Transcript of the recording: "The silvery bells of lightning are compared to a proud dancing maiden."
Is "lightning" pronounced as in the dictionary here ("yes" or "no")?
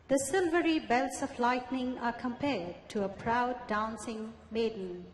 yes